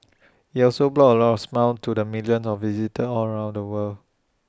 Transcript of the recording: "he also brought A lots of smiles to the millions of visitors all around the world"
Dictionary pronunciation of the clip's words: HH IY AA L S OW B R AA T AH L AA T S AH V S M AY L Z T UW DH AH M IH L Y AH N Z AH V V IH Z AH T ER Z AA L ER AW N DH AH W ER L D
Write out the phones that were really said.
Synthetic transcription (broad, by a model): HH IY AA L S OW B L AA AH L AA T AH F S M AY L T UW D AH M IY L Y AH N S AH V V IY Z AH T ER AA L ER AW N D AH W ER L